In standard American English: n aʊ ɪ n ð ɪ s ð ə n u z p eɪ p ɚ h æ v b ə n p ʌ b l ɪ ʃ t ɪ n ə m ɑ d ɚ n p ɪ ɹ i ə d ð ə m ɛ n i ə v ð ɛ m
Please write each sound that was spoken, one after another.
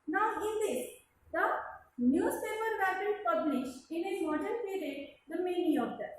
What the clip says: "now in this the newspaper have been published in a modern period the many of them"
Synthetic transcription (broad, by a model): n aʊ ɪ n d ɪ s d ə n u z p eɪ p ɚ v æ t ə l p ʌ b l ɪ ʃ t ɪ n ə m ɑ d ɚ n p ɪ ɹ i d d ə m ɛ n i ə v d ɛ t